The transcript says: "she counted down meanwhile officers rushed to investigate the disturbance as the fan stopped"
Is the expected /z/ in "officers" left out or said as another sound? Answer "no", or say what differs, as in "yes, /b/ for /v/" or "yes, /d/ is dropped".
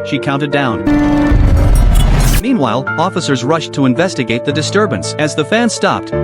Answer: no